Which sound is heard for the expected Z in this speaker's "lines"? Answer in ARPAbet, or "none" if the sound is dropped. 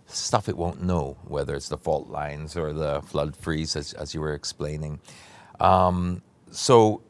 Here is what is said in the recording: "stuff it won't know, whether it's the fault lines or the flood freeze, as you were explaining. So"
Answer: Z